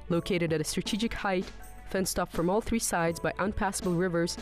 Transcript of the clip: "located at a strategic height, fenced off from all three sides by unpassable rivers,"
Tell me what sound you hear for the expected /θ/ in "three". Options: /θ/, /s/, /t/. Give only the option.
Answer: /θ/